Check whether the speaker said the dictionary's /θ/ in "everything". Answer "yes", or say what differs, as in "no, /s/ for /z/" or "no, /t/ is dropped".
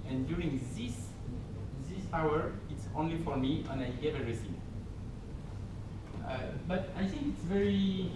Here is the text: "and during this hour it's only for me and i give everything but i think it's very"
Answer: no, /s/ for /θ/